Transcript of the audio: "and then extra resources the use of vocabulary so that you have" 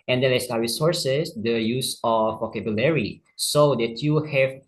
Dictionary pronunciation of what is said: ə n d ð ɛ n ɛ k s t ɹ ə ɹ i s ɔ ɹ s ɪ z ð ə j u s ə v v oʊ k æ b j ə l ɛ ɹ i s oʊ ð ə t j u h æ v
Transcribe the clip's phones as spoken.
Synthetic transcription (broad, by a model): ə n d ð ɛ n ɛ s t ə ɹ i s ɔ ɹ s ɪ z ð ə j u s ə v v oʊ k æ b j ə l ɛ ɹ i s oʊ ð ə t j u h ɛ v